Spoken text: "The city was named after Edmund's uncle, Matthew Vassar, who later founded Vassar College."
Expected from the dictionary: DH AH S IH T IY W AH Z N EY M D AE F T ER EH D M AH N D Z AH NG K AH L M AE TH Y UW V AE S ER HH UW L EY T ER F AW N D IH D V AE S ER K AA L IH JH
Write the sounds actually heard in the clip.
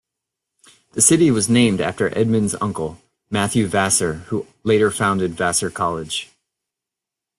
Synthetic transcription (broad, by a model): DH AH S IH T IY W AH Z N EY M D AE F T ER EH D M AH N Z AH NG K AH L M AE TH Y UW V AE S ER HH UW L EY T ER F AW N D IH D V AE S ER K AA L IH JH